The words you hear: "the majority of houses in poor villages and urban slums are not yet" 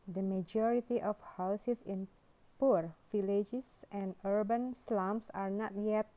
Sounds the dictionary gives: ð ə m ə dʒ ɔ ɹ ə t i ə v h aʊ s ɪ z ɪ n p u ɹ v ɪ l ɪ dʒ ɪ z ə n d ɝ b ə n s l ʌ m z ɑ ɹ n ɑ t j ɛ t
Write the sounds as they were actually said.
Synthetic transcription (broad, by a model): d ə m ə dʒ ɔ ɹ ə t i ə f h aʊ s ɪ s ɪ n p u ɹ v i l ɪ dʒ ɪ s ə n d ɝ b ə n s l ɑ m s ɑ ɹ n ɑ t j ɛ t